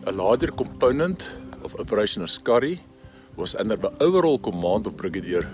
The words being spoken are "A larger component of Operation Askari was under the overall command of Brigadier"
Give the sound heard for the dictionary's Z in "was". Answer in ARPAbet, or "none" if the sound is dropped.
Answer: S